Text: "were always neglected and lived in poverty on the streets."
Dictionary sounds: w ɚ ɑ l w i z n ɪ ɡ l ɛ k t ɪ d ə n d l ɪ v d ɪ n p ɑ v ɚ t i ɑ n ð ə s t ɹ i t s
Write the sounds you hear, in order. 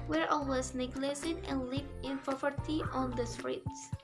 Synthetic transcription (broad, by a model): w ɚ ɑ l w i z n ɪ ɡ l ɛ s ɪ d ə n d l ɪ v ɪ n p ɑ v ɚ t i ɑ n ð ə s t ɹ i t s